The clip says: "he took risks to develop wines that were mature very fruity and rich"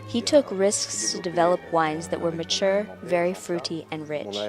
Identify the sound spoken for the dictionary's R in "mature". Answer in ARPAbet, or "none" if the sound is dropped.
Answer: R